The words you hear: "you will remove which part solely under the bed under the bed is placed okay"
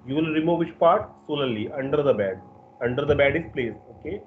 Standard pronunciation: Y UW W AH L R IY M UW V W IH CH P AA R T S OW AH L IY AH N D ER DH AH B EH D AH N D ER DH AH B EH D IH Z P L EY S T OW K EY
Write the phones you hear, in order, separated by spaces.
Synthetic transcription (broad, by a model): Y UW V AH L R IY M UW V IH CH P AA R T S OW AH L IY AH N D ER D AH B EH D AH N D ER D AH B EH D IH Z P L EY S OW K EY